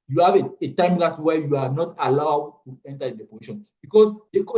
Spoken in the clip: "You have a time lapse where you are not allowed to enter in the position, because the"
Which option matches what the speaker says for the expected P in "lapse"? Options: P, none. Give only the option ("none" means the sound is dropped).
none